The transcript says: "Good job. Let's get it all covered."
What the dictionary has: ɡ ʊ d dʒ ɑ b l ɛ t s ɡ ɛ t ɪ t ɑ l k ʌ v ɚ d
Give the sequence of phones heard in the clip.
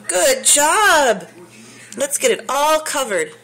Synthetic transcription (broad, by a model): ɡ ʊ d dʒ ɑ b l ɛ t s ɡ ɛ t ɪ t ɑ l k ʌ v ɚ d